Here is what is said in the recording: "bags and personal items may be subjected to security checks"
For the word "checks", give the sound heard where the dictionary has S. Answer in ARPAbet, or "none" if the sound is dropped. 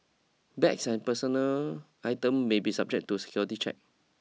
none